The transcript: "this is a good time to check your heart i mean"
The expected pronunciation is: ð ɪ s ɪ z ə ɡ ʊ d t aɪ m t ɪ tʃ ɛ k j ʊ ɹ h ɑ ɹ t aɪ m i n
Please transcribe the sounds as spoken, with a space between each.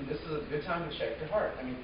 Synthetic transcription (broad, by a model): ð ɪ s ɪ z ə ɡ ʊ d t aɪ m t ɪ ʃ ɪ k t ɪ h ɑ ɹ t aɪ m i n